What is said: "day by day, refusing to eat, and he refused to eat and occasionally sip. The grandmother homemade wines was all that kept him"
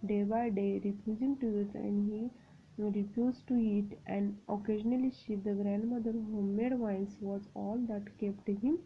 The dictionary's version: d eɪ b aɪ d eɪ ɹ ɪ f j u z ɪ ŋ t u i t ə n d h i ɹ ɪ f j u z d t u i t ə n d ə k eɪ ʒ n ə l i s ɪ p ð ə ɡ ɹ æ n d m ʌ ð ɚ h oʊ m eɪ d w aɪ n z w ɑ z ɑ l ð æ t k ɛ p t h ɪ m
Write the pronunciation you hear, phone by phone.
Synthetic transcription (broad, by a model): d eɪ b aɪ d eɪ ɹ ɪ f j u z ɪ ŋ t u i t ə n d h i ɹ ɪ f j u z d t u i t ə n d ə k eɪ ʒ n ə l i ʃ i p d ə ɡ ɹ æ n d m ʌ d ɚ h oʊ m eɪ d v aɪ n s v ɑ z ɑ l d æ t k ɛ p t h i m